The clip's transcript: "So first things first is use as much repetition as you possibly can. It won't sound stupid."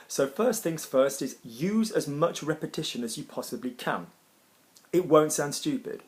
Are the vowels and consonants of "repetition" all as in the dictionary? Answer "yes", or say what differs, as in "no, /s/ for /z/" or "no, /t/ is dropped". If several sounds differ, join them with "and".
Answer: yes